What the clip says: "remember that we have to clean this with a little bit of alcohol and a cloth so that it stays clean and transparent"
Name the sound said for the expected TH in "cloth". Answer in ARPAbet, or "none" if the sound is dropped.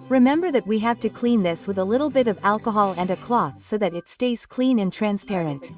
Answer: TH